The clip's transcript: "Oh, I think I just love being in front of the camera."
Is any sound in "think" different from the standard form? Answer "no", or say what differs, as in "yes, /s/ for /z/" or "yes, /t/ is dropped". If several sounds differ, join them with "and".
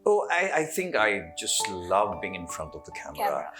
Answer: no